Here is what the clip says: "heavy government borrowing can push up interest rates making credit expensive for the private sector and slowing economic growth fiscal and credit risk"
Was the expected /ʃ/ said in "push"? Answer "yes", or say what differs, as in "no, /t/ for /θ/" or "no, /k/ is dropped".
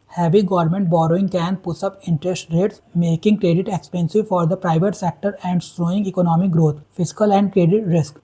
no, /s/ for /ʃ/